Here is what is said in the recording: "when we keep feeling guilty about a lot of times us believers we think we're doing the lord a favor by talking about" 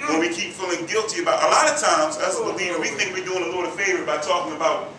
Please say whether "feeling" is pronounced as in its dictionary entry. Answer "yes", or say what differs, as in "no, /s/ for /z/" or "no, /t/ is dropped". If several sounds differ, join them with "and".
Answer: yes